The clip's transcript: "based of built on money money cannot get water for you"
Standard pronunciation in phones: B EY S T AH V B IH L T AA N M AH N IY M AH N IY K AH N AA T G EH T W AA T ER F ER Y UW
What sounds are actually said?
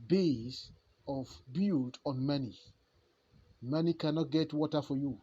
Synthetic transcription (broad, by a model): B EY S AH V B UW T AA N M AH N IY M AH N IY K AH N AA T G EH T W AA T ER F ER Y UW